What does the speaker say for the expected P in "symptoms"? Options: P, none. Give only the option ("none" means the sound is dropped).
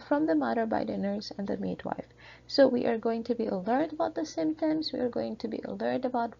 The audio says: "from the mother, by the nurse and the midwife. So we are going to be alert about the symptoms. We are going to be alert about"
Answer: none